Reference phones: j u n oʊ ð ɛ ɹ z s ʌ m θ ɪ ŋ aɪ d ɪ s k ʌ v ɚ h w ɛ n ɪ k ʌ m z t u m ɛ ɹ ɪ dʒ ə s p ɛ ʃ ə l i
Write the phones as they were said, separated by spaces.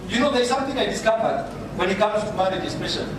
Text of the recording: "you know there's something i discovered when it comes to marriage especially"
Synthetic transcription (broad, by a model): j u n oʊ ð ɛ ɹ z s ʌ m t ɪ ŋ aɪ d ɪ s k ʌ b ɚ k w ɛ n ɪ k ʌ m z t u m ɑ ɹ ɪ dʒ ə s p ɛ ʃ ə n